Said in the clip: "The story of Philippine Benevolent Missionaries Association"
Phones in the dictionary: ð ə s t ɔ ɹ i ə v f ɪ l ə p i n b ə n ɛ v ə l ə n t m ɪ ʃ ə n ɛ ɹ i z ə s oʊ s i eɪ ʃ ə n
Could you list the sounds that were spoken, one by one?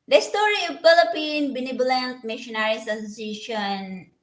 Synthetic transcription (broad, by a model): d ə s t ɔ ɹ i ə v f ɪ l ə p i n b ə n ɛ b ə l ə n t m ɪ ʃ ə n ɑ ɹ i s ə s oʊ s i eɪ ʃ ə n